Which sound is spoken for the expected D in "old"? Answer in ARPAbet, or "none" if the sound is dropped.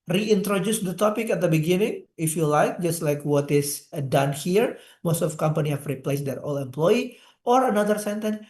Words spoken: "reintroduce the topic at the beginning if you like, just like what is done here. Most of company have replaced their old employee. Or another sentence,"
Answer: none